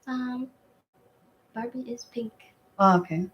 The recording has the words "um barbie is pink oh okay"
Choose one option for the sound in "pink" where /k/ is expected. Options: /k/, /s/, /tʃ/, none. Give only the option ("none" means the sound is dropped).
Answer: /k/